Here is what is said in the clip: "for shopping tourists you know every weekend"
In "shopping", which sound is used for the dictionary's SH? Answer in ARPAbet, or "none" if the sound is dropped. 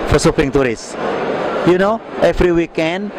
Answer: S